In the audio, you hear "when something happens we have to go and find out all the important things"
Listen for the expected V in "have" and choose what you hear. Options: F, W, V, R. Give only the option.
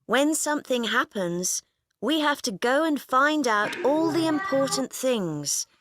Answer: F